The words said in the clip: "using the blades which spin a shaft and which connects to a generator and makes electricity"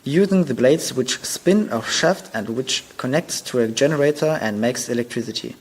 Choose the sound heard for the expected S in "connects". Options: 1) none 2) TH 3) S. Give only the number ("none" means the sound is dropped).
3